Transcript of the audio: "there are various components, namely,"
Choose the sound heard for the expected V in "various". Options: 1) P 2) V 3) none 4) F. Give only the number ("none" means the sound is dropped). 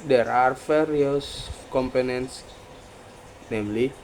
4